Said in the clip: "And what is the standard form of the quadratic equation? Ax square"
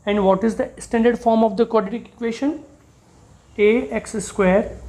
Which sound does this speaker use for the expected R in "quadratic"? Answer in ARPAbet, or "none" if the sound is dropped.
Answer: none